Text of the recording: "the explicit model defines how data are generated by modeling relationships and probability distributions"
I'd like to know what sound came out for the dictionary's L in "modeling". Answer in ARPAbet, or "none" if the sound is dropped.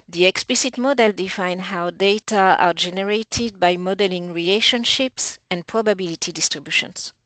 L